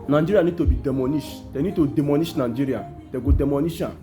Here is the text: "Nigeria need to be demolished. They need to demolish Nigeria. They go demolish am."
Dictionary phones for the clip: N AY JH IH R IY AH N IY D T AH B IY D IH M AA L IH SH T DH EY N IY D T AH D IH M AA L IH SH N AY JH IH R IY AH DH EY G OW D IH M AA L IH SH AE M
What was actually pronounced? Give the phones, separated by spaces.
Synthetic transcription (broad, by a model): N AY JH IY R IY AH N IY D T AH B IY D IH M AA N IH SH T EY N IY D T AH D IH M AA N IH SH N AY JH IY R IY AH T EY G OW D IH M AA N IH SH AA